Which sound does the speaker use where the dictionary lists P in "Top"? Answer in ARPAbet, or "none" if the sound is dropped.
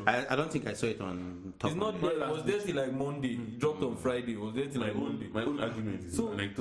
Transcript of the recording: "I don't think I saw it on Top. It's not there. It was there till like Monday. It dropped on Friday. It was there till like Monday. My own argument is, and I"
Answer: none